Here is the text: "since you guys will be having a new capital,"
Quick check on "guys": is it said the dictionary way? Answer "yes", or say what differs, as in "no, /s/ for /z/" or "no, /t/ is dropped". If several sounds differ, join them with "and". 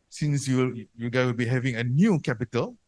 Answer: no, /z/ is dropped